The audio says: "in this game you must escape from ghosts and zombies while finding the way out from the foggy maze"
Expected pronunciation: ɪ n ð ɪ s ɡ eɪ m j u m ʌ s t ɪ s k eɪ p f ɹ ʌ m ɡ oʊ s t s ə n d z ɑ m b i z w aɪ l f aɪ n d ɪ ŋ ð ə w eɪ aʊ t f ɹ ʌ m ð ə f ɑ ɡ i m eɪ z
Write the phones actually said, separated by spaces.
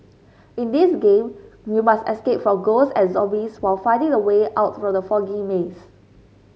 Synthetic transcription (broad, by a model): ɪ n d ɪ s ɡ eɪ m j u m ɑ s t ɪ s k eɪ p f ɹ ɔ m ɡ oʊ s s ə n z ɑ b i s w aɪ l f aɪ n d ɪ ŋ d ə w eɪ aʊ t f ɹ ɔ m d ə f ɑ ɡ i m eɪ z